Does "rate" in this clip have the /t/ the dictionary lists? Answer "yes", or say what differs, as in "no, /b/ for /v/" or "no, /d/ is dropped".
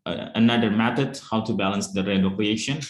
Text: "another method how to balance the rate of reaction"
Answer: no, /t/ is dropped